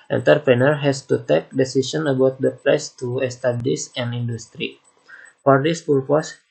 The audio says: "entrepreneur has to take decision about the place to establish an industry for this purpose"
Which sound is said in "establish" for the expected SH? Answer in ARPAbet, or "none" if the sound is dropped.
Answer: S